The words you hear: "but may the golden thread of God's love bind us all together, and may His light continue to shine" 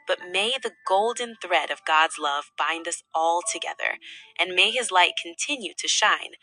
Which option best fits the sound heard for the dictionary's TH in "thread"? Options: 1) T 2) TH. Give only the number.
2